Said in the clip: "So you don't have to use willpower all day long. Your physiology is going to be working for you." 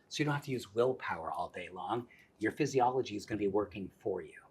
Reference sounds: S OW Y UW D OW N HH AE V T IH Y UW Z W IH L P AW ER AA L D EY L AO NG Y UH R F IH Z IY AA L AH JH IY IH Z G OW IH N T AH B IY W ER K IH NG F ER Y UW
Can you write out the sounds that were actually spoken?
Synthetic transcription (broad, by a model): S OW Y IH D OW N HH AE F T IH Y UW Z W IH L P AW ER AA L D EY L AO NG Y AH R F IH Z IY AA L AH JH IY IH Z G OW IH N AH B IY W ER K IH NG F ER Y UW